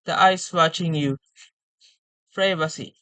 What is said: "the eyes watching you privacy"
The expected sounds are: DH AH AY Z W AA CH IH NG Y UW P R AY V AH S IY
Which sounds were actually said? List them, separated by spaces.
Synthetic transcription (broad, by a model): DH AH AY S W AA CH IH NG Y UW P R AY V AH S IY